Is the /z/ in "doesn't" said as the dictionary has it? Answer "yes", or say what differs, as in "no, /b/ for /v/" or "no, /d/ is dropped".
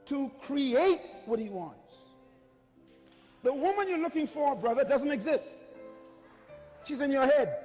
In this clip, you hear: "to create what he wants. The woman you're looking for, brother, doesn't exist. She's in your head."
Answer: yes